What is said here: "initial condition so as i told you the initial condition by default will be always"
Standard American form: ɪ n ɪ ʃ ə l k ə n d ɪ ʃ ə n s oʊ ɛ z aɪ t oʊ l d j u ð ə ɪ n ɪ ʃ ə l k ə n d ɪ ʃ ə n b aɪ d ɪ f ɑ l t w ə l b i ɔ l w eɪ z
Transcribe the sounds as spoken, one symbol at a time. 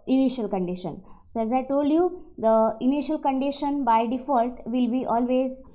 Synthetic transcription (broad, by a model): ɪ n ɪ ʃ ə l k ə n d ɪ ʃ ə n s oʊ ɛ z aɪ t oʊ l d j u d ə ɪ n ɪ ʃ ə l k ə n d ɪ ʃ ə n b aɪ d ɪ f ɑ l t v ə l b i ɔ l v eɪ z